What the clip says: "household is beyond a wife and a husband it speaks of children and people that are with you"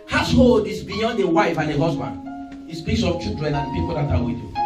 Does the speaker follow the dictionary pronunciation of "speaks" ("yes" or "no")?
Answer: no